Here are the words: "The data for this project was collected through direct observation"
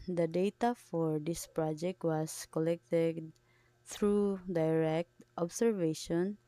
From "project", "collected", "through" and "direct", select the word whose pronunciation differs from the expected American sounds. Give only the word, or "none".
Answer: through